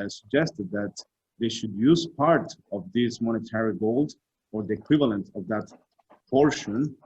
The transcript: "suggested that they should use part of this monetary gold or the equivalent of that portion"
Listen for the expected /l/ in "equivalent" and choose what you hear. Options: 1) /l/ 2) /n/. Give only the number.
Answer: 1